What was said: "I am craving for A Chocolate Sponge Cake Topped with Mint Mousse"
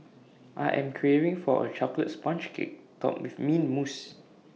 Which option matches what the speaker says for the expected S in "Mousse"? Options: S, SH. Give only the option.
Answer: S